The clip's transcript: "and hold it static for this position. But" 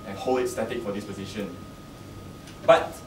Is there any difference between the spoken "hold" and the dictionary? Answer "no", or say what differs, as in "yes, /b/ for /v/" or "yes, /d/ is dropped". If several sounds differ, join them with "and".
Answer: yes, /d/ is dropped